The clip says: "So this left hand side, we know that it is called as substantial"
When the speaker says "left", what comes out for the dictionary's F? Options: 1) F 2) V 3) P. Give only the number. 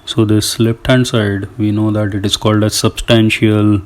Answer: 3